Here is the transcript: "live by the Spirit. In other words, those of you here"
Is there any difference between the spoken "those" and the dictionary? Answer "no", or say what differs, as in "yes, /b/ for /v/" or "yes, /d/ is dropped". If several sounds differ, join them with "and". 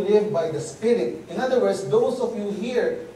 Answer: yes, /s/ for /z/